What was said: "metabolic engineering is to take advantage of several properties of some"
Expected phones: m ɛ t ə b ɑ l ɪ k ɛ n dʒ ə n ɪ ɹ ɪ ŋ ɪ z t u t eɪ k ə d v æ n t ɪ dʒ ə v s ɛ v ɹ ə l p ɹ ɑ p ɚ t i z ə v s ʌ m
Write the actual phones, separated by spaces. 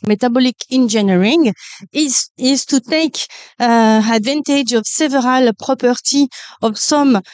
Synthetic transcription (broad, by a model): m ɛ t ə b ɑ l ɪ k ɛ n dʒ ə n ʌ ɹ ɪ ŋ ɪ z t u t eɪ k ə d v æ n t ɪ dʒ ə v s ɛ v ɹ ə l p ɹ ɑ p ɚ t i ə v s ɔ m